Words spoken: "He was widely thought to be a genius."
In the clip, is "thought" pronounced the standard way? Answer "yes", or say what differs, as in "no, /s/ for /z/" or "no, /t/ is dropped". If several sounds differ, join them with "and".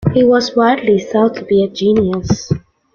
no, /s/ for /θ/